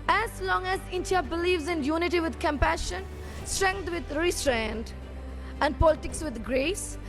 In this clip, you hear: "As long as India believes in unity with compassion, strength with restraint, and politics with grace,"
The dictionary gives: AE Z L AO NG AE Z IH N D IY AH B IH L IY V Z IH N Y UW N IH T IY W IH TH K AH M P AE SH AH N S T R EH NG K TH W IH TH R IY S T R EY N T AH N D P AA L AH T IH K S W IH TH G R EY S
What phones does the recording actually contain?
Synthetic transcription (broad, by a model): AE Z L AO NG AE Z IH N D IY AH B IH L IY V Z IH N Y UW N IH T IY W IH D K AH M P AE SH AH N S T R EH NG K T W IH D R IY S T R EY N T AH N D P AA L AH T IH K S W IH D G R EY S